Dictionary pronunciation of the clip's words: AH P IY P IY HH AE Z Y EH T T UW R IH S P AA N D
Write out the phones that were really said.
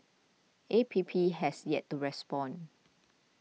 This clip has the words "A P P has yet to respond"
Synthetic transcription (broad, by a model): AH P IY P IY HH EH S Y EH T T UW R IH S P AA N